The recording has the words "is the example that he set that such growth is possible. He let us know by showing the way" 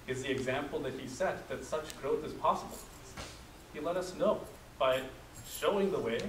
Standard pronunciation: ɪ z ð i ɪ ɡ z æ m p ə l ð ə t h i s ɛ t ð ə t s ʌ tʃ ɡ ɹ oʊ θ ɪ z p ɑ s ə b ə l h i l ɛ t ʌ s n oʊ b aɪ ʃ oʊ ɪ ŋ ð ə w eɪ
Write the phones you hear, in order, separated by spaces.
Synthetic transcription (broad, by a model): ɪ z ð i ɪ ɡ z æ m p l ð ə t h i s ɛ t ð ə t s ʌ tʃ ɡ ɹ oʊ θ ɪ z p ɑ s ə b l h i l ɛ t ʌ s n oʊ b aɪ ʃ oʊ ɪ ŋ ð ə w eɪ